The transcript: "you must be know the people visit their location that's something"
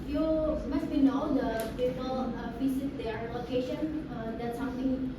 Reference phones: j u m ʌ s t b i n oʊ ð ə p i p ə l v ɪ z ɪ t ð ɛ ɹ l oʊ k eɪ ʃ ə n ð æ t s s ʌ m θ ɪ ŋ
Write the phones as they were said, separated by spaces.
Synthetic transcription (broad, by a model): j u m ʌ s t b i n oʊ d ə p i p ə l f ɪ s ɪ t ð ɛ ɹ l oʊ k eɪ ʃ ə n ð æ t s s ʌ m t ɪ ŋ